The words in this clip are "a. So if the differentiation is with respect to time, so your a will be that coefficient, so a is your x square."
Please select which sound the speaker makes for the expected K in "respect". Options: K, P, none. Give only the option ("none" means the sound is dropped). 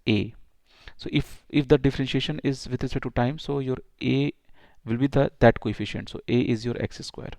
none